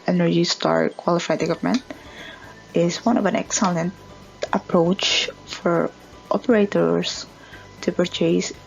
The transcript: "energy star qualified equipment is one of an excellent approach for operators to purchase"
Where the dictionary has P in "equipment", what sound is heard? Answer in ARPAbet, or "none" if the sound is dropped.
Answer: none